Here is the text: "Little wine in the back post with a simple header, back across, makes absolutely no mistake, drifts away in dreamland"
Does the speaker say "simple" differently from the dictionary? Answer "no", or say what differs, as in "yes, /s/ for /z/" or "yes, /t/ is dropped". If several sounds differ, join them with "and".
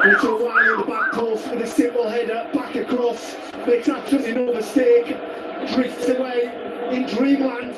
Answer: yes, /p/ is dropped